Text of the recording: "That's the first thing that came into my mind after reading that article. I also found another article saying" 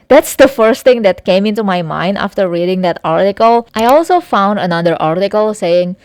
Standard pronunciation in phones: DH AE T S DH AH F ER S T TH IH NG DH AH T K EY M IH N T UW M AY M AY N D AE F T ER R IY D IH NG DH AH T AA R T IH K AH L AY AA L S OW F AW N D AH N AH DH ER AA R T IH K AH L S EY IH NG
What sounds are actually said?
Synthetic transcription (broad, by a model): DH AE T S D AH F ER S T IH NG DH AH T K EY M IH N T UW M AY M AY N D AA F T ER R IY D IH NG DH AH T AA R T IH K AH L AY AA L S OW F AW N D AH N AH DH ER AA R T IH K AH L S EY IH NG